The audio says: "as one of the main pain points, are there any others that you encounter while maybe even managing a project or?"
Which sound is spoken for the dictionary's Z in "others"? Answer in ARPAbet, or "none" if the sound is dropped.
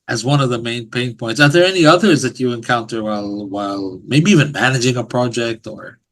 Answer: Z